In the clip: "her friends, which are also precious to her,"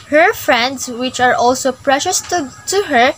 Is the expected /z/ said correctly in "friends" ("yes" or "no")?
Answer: no